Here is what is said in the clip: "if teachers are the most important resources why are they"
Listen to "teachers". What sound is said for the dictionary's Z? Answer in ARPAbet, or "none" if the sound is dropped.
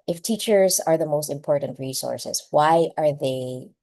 Z